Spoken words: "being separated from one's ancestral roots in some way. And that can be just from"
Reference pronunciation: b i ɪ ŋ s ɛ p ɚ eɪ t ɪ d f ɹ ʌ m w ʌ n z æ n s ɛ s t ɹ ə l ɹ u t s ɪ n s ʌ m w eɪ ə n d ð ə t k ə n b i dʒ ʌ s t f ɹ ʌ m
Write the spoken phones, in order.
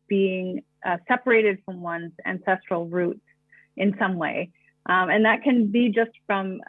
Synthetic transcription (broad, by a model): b i ɪ ŋ s ɛ p ɚ eɪ t ɪ d f ɹ ʌ m w ʌ n z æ n s ɛ s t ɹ l ɹ u t s ɪ n s ʌ m w eɪ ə n ð ə t k ə n b i dʒ ʌ s t f ɹ ʌ m